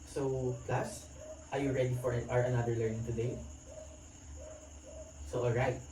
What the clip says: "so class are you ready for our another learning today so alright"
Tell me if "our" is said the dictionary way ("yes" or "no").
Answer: yes